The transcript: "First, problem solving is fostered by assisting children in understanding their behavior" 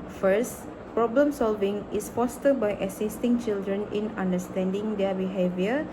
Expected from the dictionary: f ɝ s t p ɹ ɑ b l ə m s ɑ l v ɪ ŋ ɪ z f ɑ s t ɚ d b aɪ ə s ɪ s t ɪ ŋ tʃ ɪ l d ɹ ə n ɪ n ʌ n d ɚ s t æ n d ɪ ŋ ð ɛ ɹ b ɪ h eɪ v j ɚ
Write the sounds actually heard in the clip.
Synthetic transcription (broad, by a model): f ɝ s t p ɹ ɑ b l ə m s ɑ l v ɪ ŋ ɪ s f ɑ s t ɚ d b aɪ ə s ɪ s t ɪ ŋ tʃ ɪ l d ɹ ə n ɪ n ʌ n d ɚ s t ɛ n d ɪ ŋ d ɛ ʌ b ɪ h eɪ v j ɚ